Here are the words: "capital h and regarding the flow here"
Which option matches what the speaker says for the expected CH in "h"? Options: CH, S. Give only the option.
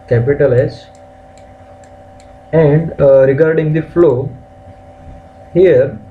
S